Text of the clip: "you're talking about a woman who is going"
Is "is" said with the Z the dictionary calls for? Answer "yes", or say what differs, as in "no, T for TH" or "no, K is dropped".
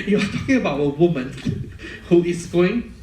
no, S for Z